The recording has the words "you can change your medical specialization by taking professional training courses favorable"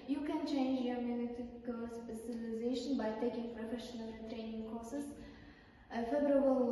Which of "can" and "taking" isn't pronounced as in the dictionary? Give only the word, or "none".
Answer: none